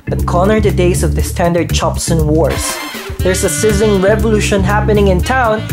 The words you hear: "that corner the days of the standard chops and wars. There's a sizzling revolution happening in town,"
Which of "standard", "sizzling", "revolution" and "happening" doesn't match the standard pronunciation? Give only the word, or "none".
sizzling